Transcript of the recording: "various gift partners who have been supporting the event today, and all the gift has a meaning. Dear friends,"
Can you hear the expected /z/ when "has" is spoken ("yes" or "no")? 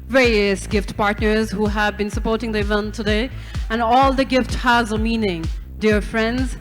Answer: yes